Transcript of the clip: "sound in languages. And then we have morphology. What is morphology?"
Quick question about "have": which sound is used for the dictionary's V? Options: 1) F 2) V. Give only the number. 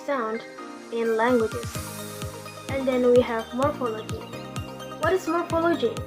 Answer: 2